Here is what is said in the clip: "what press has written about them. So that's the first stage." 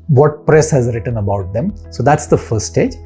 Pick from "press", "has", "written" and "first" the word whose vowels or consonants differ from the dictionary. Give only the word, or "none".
first